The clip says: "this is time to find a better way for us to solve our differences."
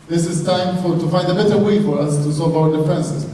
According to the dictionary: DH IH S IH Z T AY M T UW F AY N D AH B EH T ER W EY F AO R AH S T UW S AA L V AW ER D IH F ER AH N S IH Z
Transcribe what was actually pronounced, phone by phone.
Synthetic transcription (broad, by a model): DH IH S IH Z T AY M T UW F AY N D AH B EH T ER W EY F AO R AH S T UW S AA L V AW ER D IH F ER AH N S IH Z